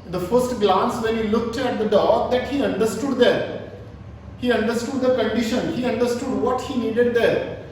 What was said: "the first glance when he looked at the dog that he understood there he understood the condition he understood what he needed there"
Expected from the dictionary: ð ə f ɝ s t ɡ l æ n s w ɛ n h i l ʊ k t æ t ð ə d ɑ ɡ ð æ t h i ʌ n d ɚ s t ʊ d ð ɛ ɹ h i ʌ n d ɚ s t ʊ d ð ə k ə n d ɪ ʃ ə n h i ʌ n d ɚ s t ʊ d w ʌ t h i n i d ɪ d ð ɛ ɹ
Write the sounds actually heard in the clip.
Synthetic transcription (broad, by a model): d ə f ɝ s t ɡ l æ n s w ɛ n h i l ʊ k t æ t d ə d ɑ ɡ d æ t h i ʌ n d ɚ s t ʊ d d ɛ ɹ h i ʌ n d ɚ s t ʊ d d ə k ə n d ɪ ʃ ə n h i ʌ n d ɚ s t ʊ d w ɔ t h i n i d ɪ d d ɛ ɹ